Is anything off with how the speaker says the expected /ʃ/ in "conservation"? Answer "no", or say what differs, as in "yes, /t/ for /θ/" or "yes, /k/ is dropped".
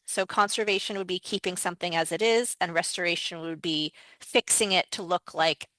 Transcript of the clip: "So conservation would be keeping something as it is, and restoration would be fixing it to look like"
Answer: no